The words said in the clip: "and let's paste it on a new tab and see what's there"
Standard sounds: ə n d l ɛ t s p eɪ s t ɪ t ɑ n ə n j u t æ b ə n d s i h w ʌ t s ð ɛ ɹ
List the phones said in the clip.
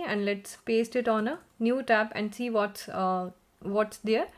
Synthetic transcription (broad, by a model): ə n d l ɛ t s p eɪ s t ɪ t ɑ n ə n j u t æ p ə n d s i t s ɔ t s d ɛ ɹ